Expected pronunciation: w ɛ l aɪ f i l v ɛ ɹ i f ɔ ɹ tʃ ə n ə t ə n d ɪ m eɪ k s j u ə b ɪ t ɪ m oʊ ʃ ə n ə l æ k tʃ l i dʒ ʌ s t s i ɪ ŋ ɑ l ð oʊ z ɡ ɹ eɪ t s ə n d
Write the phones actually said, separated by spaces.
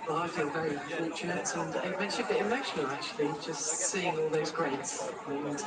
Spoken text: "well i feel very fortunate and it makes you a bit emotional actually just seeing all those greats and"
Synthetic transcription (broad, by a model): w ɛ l aɪ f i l v ɛ ɹ i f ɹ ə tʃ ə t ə n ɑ ɪ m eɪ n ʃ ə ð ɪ ɪ m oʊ ʃ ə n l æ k tʃ l i dʒ ʌ s t s i ɪ ŋ ɑ l ð oʊ z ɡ ɹ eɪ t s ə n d